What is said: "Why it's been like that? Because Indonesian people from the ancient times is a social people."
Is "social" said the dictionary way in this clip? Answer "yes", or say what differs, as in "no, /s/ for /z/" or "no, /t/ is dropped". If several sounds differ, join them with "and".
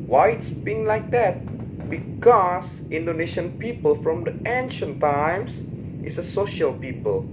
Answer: yes